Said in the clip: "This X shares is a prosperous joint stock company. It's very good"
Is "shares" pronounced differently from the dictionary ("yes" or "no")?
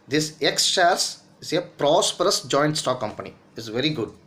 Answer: yes